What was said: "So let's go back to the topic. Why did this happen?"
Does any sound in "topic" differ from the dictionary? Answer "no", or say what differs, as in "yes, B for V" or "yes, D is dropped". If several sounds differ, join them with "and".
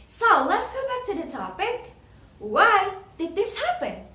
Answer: no